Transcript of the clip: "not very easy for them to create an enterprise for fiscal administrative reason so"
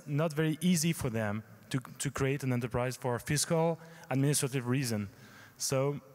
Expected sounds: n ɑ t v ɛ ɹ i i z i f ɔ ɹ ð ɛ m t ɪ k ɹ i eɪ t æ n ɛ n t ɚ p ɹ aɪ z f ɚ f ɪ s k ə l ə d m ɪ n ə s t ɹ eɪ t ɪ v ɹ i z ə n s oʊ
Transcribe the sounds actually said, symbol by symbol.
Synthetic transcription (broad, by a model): n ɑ t v ɛ ɹ i i z i f ɔ ɹ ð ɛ m t ɪ k ɹ i eɪ t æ n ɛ n t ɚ p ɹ aɪ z f ɚ f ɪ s k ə l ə d m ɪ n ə s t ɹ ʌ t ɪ v ɹ i z ə n s oʊ